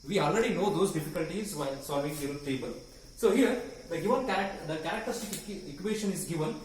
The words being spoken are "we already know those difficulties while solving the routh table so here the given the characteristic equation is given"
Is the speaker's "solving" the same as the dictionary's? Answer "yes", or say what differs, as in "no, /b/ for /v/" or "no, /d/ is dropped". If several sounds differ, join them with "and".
no, /l/ is dropped